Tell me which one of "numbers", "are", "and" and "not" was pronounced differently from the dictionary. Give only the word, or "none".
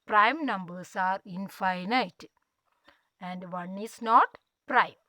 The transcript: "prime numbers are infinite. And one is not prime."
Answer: numbers